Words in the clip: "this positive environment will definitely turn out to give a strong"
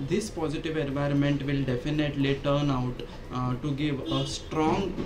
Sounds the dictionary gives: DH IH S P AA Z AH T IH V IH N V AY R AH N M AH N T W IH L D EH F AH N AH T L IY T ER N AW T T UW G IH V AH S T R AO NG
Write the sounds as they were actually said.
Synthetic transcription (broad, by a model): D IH S P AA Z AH T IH V IH N V AY R AH N M AH N T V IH L D EH F AH N AH T L IY T ER N AW T T UW G IH V AH S T R AO NG